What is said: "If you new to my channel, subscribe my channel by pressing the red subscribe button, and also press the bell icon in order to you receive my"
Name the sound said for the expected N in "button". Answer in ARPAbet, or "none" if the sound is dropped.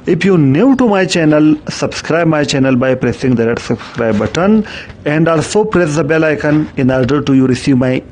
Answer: N